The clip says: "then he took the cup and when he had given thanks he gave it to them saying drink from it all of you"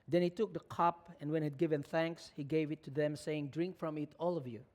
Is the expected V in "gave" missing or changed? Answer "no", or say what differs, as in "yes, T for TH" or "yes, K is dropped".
no